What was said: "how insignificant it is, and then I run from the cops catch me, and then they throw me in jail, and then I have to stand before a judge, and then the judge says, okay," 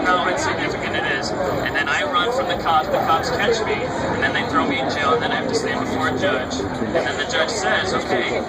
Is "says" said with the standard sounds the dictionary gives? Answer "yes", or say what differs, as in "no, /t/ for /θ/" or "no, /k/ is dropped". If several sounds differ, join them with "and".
yes